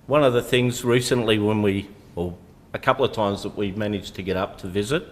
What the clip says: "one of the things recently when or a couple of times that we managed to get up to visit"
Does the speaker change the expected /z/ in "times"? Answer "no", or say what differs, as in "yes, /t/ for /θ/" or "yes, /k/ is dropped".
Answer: no